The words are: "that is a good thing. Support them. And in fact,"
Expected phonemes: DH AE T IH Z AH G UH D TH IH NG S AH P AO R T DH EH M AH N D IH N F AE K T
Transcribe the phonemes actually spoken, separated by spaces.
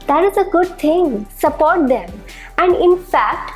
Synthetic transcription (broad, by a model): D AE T IH Z AH G UH D T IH NG S AH P AO R T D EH M AH N D IH N F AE K T